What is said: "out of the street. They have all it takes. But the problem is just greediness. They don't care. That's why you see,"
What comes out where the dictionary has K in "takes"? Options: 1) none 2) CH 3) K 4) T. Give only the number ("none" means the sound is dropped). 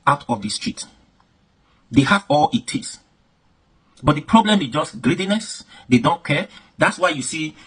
1